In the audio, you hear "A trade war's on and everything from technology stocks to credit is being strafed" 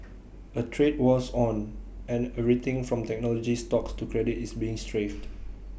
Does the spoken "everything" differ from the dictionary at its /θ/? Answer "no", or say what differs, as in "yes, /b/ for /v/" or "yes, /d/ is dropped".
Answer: yes, /t/ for /θ/